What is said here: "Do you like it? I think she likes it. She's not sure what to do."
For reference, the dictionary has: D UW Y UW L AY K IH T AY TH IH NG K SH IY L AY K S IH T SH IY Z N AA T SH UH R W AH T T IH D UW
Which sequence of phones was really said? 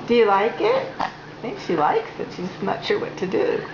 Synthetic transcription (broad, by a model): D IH Y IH L AY K IH T AY TH IH NG K SH IY L AY K S IH T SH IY S N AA T SH UH R W AH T T IH D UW